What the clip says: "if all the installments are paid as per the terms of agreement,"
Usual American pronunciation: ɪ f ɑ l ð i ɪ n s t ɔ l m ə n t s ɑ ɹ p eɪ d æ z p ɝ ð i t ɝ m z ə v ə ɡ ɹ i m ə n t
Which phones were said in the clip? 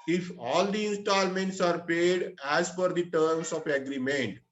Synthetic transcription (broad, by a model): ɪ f ɑ l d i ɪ n s t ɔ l m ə n t s ɑ ɹ p eɪ d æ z f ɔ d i t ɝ m s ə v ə ɡ ɹ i m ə n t